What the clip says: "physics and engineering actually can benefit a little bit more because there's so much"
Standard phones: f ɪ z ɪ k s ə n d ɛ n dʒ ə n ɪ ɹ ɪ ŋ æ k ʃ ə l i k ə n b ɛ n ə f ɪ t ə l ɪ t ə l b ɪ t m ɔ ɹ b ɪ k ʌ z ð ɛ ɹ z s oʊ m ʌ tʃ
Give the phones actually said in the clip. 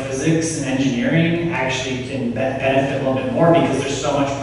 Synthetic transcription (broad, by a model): f ɪ z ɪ k s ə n ɛ n dʒ ə n ɪ ɹ ɪ ŋ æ k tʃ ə l i k ə n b ɛ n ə f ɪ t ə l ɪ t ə l b ɪ t m ɔ ɹ b ɪ k ʌ z ð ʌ ɹ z s oʊ m ʌ tʃ